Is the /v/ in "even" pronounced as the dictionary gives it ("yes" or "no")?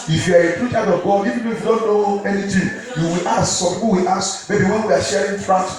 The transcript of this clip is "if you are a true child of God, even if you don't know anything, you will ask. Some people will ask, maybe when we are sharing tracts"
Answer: no